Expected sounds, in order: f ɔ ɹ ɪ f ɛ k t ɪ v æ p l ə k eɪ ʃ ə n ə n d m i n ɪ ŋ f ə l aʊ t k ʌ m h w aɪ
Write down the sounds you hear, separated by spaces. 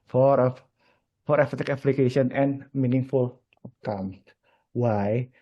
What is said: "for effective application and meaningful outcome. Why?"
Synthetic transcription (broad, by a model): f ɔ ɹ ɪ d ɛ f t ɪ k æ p l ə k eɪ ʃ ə n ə n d m i n ɪ ŋ f ə l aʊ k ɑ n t w aɪ